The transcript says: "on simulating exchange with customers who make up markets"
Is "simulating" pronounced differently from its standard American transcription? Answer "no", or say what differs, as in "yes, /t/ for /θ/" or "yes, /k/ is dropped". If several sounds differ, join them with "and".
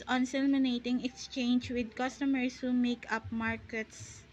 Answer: yes, /n/ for /l/